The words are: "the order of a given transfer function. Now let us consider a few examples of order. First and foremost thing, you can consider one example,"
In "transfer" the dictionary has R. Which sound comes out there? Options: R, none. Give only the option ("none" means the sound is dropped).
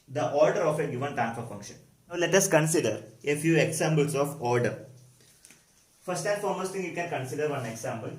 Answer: none